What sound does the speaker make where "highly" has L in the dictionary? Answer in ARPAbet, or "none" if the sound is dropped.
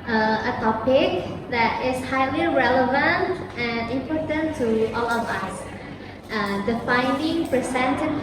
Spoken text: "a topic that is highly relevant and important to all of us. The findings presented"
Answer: L